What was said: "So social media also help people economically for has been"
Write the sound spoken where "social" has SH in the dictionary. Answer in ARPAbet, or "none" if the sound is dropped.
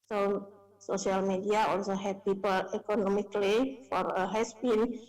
none